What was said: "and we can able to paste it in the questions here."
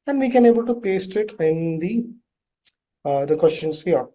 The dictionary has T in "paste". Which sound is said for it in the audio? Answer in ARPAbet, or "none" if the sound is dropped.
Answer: T